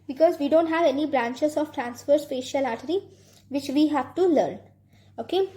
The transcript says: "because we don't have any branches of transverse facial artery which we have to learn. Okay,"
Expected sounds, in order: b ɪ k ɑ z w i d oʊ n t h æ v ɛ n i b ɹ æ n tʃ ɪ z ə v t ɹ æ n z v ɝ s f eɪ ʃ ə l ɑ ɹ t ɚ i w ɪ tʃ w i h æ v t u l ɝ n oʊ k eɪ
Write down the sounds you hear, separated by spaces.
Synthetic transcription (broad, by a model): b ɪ k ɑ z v i d oʊ n t h æ v ɛ n i b ɹ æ n tʃ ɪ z ə v t ɹ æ n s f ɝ s p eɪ ʃ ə l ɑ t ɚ i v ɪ tʃ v i h æ v t u l ɝ n oʊ k eɪ